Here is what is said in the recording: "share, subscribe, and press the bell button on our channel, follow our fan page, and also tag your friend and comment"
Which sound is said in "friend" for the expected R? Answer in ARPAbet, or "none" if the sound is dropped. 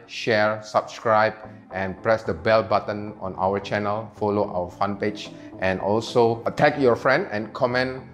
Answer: R